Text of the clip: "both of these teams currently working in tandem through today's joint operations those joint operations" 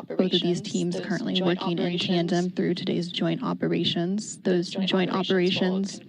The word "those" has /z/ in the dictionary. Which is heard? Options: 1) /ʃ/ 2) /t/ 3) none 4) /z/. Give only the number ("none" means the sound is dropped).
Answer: 4